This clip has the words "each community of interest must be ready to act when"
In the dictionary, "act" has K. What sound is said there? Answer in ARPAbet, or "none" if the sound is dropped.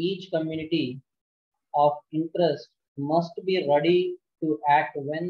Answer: none